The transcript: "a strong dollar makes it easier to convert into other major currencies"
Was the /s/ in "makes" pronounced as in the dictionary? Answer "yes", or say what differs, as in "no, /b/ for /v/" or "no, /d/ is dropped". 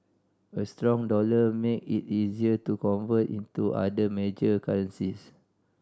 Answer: no, /s/ is dropped